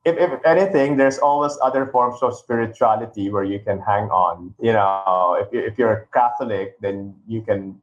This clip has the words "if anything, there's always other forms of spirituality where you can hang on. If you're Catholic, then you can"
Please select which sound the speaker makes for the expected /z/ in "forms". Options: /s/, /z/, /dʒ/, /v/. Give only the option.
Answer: /s/